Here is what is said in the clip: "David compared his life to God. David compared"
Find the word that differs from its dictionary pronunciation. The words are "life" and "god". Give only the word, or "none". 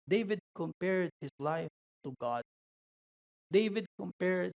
none